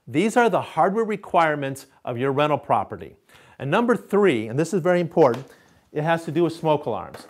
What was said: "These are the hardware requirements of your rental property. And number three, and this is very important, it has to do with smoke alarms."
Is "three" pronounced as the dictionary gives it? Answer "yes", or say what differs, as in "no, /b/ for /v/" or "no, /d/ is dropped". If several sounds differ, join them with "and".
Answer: yes